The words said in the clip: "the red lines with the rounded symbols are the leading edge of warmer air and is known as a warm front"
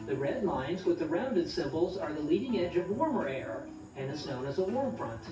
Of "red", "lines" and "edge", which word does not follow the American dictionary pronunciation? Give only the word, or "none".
none